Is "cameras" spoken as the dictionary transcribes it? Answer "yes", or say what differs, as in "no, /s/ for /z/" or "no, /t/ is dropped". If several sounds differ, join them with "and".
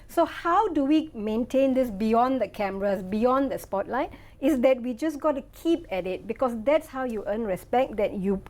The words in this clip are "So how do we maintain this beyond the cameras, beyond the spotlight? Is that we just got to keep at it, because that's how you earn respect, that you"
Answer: no, /s/ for /z/